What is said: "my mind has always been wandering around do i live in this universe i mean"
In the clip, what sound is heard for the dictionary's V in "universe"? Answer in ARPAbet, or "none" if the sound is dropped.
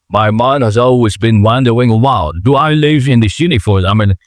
F